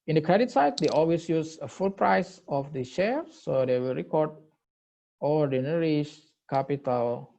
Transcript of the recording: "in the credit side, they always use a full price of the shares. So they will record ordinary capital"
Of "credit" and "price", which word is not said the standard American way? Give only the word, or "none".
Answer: none